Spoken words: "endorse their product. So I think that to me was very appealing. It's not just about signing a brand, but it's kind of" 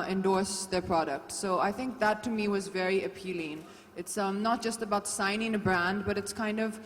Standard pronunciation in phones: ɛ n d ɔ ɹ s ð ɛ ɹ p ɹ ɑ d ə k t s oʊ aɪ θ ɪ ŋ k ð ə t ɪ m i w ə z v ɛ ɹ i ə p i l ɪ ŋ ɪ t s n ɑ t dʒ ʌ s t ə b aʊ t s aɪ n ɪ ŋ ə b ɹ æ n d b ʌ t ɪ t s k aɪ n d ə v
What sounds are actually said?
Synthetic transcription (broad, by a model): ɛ n d ɔ ɹ s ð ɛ ɹ p ɹ ɑ d ə k t s oʊ aɪ θ ɪ ŋ k ð ə t ɪ m i w ə z v ɛ ɹ i ə p i l ɪ ŋ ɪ t s n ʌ t dʒ ʌ s t ə b aʊ t s aɪ n ɪ ŋ ə b ɹ æ n d b ʌ t ɪ t s k aɪ n d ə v